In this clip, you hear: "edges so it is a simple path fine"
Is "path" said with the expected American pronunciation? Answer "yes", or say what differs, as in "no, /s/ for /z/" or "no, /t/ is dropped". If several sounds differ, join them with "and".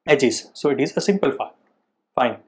no, /f/ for /p/